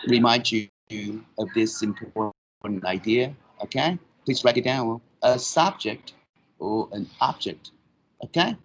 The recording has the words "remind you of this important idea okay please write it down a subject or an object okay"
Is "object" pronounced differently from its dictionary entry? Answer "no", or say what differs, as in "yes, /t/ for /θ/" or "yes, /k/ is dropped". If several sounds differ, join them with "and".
no